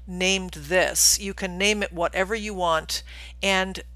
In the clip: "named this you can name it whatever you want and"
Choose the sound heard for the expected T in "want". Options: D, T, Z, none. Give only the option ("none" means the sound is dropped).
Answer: T